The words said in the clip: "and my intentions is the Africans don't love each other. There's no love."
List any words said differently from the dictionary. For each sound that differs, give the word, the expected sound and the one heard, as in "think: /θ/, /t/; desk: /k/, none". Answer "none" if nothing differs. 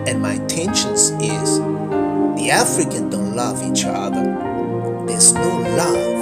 intentions: /tʃ/, /ʃ/; africans: /z/, none